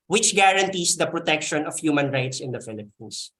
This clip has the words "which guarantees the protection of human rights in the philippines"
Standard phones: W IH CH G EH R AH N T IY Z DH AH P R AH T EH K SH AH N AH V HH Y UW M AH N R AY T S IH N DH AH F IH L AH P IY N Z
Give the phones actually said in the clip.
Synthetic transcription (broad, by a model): W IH CH G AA R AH N T IY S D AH P R AH T EH K SH AH N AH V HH Y UW M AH N R AY T S IH N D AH F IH L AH P IY N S